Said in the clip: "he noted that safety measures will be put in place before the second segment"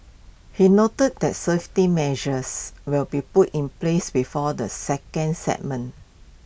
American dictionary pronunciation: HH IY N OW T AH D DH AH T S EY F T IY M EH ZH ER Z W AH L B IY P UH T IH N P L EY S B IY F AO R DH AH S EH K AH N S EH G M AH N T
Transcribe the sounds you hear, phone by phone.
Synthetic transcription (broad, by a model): HH IY N OW T AH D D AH T S EY F T IY M EH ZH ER S W AH L B IY P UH T IH N P L EY S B IY F AO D AH S EH K AH N S EH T M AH N